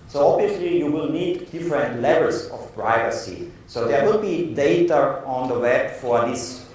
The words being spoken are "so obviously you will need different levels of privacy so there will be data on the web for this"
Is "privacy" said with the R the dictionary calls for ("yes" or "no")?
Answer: yes